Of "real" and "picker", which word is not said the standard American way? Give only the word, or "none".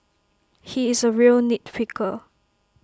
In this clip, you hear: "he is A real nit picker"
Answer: picker